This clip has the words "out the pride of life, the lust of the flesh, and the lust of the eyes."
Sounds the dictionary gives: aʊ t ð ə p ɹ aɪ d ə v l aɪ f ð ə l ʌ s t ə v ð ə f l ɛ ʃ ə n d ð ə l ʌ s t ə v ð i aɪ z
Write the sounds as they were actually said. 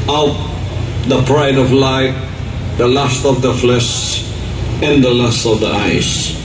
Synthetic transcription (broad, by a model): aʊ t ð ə p ɹ aɪ d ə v l aɪ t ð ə l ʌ s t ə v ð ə f l ɛ ʃ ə n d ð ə l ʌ s t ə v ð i aɪ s